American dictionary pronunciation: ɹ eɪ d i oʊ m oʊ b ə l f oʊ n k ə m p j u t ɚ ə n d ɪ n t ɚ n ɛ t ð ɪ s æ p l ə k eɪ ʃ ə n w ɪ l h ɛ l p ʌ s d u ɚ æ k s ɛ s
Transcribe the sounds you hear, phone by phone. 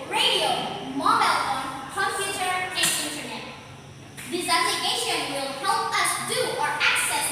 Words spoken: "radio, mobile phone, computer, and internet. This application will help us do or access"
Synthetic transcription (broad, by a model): ɹ eɪ d i oʊ m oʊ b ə l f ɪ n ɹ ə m f j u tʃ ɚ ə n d ɪ n t ɚ n ɛ t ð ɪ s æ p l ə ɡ eɪ ʃ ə n w ɪ l h ɛ l p ʌ s d u ɚ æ k s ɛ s